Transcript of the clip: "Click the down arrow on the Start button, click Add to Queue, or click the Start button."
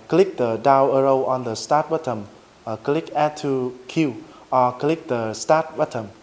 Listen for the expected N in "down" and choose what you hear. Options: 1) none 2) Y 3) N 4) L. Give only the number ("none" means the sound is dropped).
1